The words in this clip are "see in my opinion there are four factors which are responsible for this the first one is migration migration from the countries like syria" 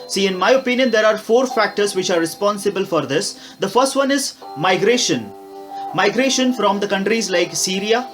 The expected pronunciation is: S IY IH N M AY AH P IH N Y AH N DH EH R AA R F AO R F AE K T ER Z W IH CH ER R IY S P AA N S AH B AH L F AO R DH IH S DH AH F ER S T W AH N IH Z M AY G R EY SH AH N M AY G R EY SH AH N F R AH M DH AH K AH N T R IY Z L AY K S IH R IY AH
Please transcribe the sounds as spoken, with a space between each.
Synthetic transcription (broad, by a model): S IY IH N M AY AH P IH N Y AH N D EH R AA R F AO R F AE K T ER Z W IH CH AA R IY S P AA N S AH B AH L F AO R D IH S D AH F ER S T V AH N IH Z M AY G R EY SH AH N M AY G R EY SH AH N F R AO M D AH K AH N T R IY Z L AY K S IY R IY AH